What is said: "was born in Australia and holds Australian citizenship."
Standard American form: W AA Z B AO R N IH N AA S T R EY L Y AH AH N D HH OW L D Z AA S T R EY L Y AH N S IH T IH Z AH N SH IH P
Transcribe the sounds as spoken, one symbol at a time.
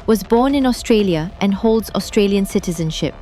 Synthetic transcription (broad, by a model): W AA Z B AO N IH N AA S T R EY L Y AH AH N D HH OW L D Z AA S T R EY L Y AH N S IH T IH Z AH N SH IH P